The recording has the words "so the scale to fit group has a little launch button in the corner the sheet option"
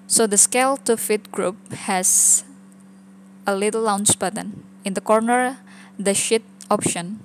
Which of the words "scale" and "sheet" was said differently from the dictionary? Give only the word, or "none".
none